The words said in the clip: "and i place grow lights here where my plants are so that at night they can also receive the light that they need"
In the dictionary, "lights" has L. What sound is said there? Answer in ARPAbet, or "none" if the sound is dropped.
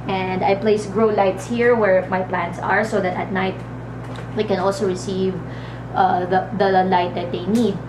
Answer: L